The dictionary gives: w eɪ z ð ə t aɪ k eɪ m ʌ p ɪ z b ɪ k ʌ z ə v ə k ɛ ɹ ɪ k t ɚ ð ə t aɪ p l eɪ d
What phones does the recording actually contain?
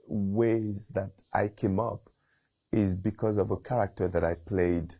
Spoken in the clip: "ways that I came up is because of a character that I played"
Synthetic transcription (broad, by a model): w eɪ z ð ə t aɪ k eɪ m ʌ p ɪ z b ɪ k ʌ z ə v ə k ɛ ɹ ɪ k t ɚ ð ə t aɪ p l eɪ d